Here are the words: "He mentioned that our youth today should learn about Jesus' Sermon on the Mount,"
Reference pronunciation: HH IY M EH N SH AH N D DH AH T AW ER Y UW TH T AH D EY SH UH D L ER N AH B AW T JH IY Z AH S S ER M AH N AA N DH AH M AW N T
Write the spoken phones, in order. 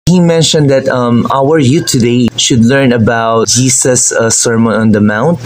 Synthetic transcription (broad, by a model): HH IY M EH N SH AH N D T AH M AW ER Y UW T AH D EY SH UH D L ER N AH B AW T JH IY S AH S S ER M AH N AA N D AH M AW N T